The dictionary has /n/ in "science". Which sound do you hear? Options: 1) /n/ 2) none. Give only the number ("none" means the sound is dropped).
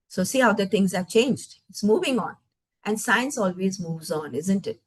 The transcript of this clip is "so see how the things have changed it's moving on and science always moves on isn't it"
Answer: 1